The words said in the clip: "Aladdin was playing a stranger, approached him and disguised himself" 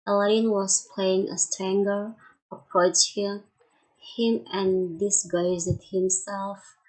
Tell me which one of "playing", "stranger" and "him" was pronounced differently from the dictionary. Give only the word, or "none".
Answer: stranger